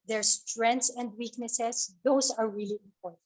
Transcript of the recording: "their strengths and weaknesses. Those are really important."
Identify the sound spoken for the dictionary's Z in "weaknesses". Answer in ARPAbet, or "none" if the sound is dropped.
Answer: S